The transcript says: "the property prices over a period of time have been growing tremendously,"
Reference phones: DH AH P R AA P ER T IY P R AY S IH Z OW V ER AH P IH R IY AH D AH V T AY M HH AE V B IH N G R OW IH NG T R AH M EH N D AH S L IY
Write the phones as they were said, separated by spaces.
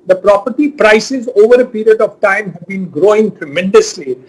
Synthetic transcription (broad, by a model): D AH P R AA P ER T IY P R AY S IH Z OW V ER AH P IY R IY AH D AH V T AY M HH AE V B IH N G R OW IH NG T R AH M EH N D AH S L IY